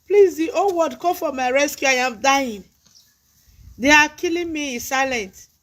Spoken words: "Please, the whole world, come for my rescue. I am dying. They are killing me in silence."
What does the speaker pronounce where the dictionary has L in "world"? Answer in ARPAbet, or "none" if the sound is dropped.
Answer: none